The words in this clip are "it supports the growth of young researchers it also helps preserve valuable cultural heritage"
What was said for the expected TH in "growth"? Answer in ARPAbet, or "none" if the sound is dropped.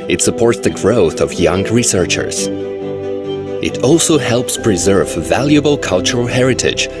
TH